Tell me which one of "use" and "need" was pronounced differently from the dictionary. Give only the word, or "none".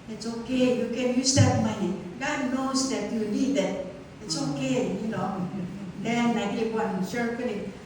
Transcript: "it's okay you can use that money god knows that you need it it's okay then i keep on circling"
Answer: need